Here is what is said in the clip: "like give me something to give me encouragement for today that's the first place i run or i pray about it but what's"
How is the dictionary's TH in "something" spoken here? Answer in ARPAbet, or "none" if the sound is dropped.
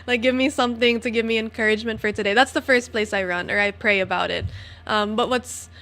TH